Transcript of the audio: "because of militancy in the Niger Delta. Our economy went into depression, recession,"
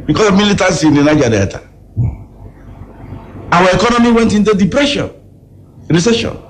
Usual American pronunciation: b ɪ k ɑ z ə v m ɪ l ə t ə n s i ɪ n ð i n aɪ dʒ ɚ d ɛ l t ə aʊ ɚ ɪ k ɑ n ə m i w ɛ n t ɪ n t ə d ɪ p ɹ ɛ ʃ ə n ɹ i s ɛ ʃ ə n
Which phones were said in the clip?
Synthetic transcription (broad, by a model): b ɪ k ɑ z ə v m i l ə t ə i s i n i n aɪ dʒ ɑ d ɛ t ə aʊ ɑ ɪ k ɑ n ə m i w ɛ n t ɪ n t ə d ɪ p ɹ ɛ ʃ ə n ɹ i s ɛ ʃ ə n